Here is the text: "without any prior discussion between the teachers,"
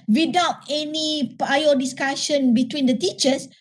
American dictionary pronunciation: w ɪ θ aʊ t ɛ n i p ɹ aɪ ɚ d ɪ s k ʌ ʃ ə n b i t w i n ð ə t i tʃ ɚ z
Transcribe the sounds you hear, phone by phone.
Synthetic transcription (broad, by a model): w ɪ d aʊ t ɛ n i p aɪ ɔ d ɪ s k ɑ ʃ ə n b i t w i n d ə t i tʃ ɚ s